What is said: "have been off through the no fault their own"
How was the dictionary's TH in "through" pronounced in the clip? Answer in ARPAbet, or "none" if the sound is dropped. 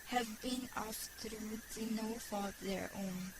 T